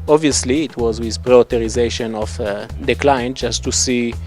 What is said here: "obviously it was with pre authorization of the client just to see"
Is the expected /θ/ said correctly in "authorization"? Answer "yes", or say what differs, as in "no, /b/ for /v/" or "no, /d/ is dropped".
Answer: no, /t/ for /θ/